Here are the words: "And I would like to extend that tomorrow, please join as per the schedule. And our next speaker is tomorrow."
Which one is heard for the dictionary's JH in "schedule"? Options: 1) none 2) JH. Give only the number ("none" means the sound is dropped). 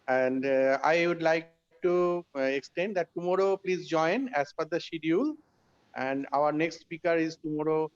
1